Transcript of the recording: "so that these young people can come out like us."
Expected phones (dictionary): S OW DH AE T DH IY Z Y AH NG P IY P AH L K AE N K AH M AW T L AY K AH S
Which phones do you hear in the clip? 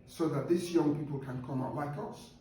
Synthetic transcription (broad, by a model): S OW DH AE T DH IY S Y AH NG P IY P AH L K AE N K AH M AW T L AY K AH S